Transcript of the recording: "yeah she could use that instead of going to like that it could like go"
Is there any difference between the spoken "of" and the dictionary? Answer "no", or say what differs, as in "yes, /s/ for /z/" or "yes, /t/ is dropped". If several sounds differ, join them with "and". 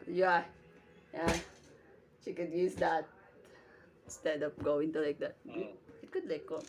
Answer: yes, /p/ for /v/